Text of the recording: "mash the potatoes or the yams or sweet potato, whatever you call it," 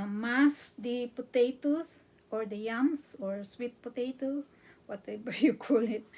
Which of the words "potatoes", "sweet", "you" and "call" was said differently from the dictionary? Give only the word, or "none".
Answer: potatoes